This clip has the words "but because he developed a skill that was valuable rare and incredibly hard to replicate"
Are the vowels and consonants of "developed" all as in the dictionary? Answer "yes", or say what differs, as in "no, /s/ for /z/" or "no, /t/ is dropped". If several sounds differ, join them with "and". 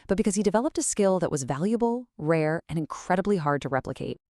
yes